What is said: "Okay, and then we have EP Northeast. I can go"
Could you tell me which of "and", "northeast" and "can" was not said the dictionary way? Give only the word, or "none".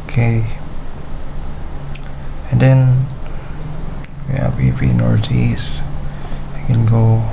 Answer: northeast